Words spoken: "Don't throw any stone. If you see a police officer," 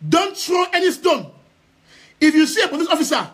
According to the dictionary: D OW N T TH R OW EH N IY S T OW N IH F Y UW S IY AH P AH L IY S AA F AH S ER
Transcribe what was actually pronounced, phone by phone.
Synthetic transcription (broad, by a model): D OW N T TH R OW EH N IY S T OW N IH F Y UW S IY AH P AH N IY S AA F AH S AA